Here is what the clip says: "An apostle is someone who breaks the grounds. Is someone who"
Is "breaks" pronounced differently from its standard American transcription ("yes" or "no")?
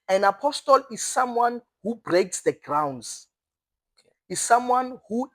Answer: no